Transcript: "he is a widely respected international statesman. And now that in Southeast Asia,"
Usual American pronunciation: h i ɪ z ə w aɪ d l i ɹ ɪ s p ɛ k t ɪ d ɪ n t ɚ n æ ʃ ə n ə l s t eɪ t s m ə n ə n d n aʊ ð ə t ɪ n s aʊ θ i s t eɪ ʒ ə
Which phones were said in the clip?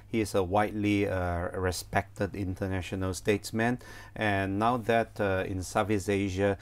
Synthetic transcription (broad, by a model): h i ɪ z ə w aɪ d l i ɹ ɪ s p ɛ k t ɪ d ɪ n t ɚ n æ ʃ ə n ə l s t eɪ t s m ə n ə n n aʊ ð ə t ɪ n s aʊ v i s eɪ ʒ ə